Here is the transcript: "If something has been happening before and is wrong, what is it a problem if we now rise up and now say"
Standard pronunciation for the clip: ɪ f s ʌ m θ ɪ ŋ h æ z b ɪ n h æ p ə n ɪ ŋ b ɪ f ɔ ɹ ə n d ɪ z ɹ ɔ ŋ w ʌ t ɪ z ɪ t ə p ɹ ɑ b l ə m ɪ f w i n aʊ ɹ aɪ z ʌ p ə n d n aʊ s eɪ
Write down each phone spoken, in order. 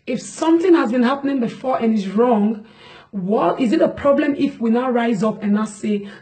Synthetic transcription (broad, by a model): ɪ f s ʌ m θ ɪ ŋ h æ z b ɪ n h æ p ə n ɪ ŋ b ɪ f ɔ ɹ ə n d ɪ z ɹ ɔ ŋ w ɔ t ɪ z ɪ t ə p ɹ ɑ b l ə m ɪ f w i n aʊ ɹ aɪ z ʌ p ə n n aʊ s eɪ